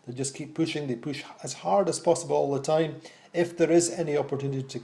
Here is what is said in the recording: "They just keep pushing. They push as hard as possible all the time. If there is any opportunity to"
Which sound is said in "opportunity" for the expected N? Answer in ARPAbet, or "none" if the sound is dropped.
N